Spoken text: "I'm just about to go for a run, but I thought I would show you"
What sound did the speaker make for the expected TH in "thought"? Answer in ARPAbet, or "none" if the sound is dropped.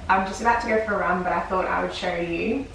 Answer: TH